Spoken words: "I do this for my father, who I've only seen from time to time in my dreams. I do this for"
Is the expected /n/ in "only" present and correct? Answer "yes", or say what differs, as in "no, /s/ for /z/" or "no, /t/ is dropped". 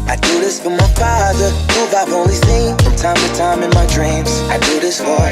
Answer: no, /n/ is dropped